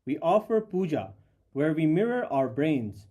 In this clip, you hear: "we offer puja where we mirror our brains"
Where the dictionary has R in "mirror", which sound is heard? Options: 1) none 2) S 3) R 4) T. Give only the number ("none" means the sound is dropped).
3